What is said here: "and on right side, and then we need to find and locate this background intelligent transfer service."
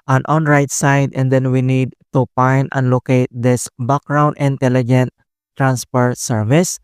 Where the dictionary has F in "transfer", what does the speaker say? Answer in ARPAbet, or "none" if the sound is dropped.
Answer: P